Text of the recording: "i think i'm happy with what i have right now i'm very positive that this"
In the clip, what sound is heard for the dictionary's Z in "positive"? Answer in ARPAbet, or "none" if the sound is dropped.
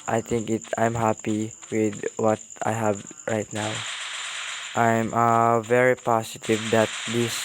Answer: S